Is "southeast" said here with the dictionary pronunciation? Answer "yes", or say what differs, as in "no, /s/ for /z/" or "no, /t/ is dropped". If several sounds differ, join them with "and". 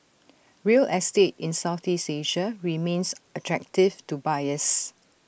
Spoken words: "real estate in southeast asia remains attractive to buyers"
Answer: no, /t/ is dropped